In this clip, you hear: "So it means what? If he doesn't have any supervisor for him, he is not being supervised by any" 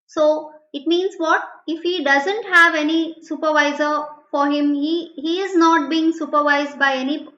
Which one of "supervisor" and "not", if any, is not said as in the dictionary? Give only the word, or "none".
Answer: none